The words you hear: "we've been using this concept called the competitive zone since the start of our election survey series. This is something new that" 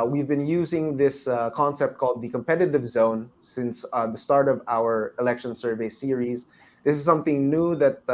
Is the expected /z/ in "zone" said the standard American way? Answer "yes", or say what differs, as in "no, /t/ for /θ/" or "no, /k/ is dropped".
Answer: yes